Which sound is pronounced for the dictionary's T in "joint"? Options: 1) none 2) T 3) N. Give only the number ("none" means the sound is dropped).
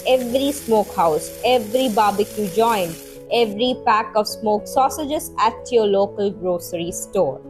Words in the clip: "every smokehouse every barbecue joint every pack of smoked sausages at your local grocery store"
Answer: 1